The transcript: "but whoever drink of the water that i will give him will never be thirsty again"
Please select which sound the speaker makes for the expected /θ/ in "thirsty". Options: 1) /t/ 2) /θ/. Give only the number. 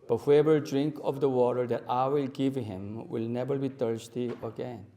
1